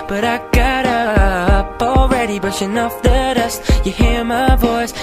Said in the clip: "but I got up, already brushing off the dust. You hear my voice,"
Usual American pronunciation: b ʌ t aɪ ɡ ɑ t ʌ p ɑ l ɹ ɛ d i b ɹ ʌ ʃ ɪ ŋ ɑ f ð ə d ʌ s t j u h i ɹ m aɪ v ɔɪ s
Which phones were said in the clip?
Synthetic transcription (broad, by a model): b ʌ t aɪ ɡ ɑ t ʌ p ɑ l ɹ ɛ d i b ʌ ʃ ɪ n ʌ f ð ə d ʌ s t j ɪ h i ɹ m aɪ v ɔɪ s